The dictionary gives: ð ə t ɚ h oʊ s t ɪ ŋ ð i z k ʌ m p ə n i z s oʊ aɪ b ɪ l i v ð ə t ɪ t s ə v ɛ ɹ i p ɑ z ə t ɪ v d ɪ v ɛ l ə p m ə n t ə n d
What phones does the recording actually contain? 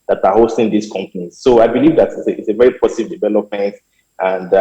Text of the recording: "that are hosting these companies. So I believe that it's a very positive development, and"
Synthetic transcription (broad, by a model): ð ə t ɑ h oʊ s t ɪ ŋ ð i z k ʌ m p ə n i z s oʊ aɪ b ɪ l i v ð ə t ɪ t s ə v ɛ ɹ i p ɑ s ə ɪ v d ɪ v ɛ l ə p m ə n t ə n d